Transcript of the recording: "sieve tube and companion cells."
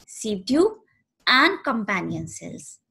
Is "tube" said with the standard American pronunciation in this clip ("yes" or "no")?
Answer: no